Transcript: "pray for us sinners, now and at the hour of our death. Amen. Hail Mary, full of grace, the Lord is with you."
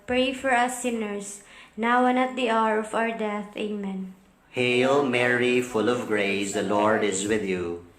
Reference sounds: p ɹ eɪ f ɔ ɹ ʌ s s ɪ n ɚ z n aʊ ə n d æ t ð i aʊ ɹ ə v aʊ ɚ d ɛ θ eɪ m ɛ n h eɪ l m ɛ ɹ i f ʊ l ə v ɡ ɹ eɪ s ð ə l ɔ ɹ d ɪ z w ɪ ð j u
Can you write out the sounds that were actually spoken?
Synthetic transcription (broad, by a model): p ɹ eɪ f ɔ ɹ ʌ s s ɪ n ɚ s n aʊ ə n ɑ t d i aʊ ɹ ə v aʊ ɚ d ɛ θ eɪ m ɛ n h eɪ l m ɛ ɹ i f ʊ l ə v ɡ ɹ eɪ s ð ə l ɔ ɹ d ɪ z w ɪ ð j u